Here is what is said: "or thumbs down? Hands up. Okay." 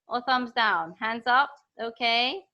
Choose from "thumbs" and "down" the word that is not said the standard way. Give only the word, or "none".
none